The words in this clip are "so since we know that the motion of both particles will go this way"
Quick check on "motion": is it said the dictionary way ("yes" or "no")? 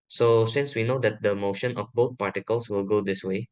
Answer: yes